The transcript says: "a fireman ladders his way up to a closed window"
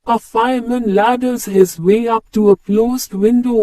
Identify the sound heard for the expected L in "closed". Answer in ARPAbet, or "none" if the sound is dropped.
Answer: L